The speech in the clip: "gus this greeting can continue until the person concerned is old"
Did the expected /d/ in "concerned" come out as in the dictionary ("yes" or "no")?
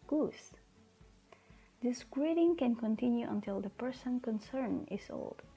no